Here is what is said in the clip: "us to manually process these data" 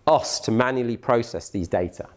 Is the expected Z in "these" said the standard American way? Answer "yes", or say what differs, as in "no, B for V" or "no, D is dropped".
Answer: yes